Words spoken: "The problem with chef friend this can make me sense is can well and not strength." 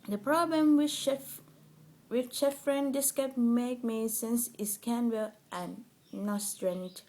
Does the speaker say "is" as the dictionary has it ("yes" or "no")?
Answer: no